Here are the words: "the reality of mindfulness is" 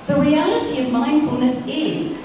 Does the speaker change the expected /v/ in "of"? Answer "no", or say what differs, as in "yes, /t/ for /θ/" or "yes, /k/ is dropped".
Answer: no